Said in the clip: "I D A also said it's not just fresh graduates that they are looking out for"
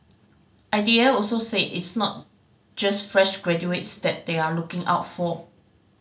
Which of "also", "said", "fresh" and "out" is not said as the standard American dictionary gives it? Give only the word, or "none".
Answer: said